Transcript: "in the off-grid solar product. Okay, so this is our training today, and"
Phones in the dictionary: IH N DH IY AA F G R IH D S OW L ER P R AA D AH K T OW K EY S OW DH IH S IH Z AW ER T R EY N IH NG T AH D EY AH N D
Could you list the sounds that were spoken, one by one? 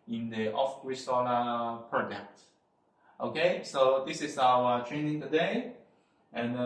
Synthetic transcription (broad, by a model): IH N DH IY AA F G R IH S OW N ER P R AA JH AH K T OW K EY S OW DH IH S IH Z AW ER T R EY N IH NG T AH D EY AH N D